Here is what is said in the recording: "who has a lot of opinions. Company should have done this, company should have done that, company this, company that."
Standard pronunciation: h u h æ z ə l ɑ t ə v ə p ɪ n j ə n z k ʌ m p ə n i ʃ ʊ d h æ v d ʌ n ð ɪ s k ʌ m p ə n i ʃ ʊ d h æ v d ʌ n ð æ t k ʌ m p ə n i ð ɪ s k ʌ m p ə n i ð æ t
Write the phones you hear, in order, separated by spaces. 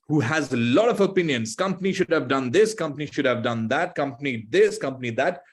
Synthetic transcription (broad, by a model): h u h æ z ə l ɑ t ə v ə p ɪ n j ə n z k ʌ m p ə n i ʃ ʊ d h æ v d ʌ n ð ɪ s k ʌ m p ə n i ʃ ʊ d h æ v d ʌ n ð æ t k ʌ m p ə n i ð ɪ s k ʌ m p ə n i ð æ t